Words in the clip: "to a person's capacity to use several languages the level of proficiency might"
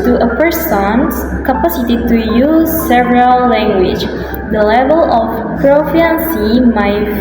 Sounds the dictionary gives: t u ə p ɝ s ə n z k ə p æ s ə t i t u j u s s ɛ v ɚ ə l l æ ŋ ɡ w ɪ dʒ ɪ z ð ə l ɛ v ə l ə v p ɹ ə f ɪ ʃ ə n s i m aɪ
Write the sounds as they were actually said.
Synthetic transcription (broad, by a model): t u ə p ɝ s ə n s k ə p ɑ s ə t i t u j u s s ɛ v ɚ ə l l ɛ ŋ ɡ w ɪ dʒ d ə l ɛ v ə l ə f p ɹ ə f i ə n s i m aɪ